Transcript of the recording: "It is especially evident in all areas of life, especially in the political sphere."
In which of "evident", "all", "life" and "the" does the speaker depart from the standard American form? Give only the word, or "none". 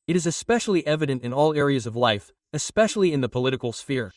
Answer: none